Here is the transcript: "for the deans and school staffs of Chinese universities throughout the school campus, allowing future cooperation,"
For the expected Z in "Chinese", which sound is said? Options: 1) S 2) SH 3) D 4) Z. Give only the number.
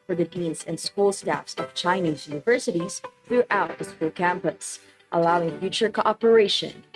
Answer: 4